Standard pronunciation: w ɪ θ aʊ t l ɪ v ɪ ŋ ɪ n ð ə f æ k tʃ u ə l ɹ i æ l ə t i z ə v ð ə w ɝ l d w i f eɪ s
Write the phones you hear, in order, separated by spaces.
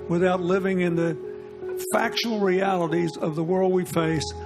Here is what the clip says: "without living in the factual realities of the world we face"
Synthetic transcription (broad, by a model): w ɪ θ aʊ t l ɪ v ɪ ŋ ɪ n ð ə f æ k ʃ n l ɹ i æ l ə t i z ə v ð ə w ɝ l d w i f eɪ s